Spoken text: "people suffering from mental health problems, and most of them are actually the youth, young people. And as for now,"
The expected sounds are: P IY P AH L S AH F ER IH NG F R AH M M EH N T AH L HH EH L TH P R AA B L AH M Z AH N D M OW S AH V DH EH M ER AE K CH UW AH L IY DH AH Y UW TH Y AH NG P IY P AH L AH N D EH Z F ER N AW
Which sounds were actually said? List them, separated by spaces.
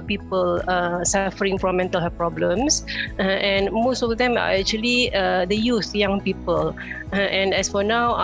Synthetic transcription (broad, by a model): P IY P AH L S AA F ER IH NG F R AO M M EH N T AH L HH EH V P R AA B L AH M S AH N M OW S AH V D EH M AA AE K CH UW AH L IY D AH Y UW S Y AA NG P IY P AH L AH N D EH S F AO N AW